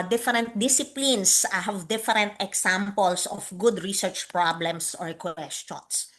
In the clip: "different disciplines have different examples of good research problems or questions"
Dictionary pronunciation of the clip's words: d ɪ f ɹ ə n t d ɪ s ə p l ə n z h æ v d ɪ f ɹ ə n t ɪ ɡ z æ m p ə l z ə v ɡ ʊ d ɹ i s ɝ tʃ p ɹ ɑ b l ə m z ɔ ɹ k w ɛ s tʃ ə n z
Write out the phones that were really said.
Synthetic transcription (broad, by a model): d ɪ f ɹ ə n t d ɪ s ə p l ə n s h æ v d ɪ f ɹ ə n t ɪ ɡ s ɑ m p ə l s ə f ɡ ʊ d ɹ i s ɝ tʃ p ɹ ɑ b l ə m s ɔ ɹ k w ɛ s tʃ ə n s